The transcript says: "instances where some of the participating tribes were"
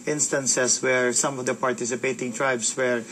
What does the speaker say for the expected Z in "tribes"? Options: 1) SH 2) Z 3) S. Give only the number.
3